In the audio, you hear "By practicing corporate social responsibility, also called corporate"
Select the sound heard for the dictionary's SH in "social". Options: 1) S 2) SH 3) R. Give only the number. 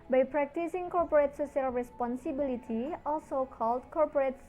1